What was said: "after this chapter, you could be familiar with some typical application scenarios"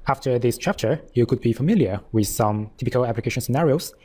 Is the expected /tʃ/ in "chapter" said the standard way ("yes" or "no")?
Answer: yes